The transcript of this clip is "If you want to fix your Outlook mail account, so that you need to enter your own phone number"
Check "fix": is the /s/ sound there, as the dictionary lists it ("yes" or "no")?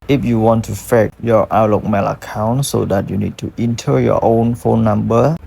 no